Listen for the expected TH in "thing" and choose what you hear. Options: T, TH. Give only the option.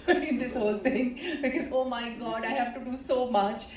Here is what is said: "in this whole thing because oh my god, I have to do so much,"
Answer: T